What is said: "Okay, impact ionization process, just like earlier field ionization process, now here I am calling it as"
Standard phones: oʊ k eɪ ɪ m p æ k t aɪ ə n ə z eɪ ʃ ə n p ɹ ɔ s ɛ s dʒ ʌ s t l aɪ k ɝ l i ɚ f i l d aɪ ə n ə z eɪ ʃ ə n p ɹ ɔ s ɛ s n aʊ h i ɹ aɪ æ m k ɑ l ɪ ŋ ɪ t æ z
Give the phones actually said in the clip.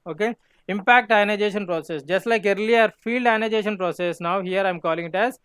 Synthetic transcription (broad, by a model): oʊ k eɪ ɪ m p æ k t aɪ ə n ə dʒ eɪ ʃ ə n p ɹ ɔ s ɛ s dʒ ʌ s t l aɪ k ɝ l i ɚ f i l d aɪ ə n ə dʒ eɪ ʃ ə n p ɹ ɔ s ɛ s n aʊ h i ɹ aɪ m k ɑ l ɪ ŋ ɪ t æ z